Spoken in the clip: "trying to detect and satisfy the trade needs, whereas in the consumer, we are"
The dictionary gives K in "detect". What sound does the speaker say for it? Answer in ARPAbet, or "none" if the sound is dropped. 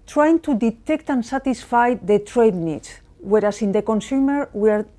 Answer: K